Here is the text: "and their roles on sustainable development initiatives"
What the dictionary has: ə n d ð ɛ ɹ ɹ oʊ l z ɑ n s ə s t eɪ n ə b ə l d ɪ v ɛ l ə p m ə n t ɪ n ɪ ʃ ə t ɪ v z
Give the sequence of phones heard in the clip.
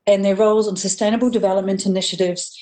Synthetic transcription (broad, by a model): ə n ð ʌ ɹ ɹ oʊ l z n s ə s t eɪ n ə b ə l d ɪ v ɛ l ə p m ə n t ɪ n ɪ ʃ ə t ɪ v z